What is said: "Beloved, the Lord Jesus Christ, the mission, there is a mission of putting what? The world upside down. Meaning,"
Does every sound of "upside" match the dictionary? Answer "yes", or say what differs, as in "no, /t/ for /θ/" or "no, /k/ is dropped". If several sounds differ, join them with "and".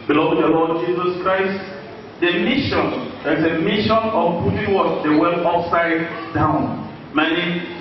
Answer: no, /f/ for /p/